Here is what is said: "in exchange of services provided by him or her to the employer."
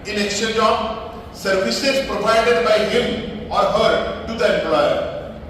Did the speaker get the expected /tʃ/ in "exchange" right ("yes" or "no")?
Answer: no